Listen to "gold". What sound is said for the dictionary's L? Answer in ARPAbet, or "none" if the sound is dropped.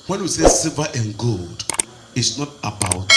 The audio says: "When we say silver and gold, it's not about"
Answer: L